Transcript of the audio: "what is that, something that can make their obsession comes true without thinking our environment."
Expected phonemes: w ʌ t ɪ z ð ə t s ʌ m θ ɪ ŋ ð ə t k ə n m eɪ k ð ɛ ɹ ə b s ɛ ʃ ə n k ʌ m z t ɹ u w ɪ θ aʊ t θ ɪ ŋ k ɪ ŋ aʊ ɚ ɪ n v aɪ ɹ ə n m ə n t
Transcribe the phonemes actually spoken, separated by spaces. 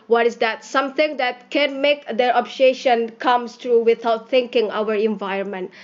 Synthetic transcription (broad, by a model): w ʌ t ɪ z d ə t s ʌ m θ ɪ ŋ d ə t k ə n m eɪ k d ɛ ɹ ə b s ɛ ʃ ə n k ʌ m s t ɹ u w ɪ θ aʊ t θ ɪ ŋ k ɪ ŋ aʊ ɚ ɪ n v aɪ ɹ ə n m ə n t